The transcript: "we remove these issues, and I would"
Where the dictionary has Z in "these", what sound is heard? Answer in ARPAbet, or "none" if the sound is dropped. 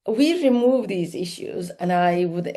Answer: Z